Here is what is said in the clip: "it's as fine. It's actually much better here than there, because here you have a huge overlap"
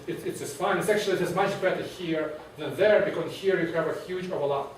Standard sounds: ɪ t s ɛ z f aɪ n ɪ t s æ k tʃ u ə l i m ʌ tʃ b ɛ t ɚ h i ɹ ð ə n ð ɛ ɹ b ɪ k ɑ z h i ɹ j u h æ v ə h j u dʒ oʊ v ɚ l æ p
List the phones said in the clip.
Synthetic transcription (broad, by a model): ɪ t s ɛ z f aɪ n ɪ t s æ k tʃ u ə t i m ʌ tʃ b ɛ t ɚ h i ɹ ð ə n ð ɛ ɹ b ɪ k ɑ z h i ɹ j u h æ v ə h j u dʒ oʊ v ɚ l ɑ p